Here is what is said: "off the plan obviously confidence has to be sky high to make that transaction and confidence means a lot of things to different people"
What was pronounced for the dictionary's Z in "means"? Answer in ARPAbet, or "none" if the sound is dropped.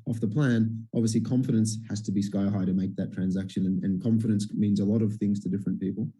Z